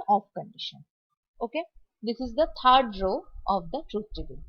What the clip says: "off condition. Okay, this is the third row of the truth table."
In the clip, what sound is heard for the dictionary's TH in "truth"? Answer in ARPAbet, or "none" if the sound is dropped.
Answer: T